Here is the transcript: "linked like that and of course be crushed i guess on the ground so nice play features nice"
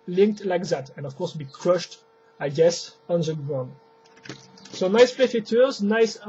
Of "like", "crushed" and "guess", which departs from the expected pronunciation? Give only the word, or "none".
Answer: none